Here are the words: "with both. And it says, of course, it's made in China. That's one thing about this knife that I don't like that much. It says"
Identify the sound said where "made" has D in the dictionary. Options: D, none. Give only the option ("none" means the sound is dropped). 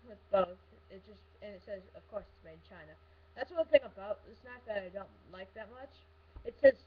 none